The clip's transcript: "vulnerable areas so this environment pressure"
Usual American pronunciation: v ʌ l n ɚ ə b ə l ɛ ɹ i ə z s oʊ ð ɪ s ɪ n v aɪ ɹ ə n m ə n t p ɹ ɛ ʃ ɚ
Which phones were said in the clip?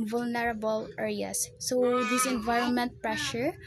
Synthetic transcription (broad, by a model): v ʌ l n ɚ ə b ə l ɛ ɹ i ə s oʊ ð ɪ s ɪ n v aɪ ɹ ə n m ə n t p ɹ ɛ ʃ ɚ